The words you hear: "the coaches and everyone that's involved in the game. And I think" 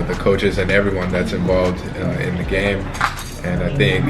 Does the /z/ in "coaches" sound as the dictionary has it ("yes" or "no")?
yes